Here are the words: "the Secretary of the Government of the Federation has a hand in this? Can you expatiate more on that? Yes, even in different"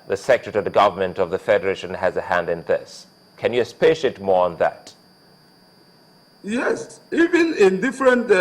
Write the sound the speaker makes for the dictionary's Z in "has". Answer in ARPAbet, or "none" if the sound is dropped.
Z